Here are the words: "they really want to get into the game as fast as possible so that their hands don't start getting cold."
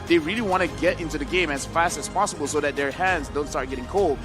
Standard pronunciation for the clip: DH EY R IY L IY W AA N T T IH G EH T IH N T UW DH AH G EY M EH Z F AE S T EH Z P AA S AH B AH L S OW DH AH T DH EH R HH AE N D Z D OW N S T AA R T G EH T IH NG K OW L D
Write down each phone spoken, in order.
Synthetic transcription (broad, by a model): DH EY R IY L IY W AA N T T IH G EH T IH N T UW DH AH G EY M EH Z F AE S T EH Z P AA S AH B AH L S OW DH AH T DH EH R HH AE N D Z D OW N S T AA R T G EH T IH NG K OW L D